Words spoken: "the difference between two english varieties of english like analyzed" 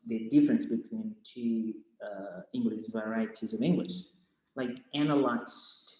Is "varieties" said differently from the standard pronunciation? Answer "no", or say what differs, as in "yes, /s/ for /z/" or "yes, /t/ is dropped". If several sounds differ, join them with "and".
no